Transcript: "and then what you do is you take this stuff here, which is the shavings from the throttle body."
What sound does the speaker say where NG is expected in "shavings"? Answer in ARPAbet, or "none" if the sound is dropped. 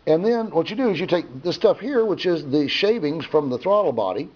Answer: NG